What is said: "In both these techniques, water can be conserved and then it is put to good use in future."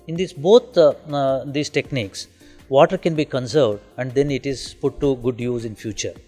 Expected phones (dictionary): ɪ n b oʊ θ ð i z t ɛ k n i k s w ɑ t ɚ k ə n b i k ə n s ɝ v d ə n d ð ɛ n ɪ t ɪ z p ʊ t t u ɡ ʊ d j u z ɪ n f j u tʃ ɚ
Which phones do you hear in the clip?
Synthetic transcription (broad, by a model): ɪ n b oʊ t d i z t ɛ k n i k s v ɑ t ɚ k ə n b i k ə n s ɝ v d ə n d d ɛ n ɪ t ɪ z p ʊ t t u ɡ ʊ d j u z ɪ n f j u tʃ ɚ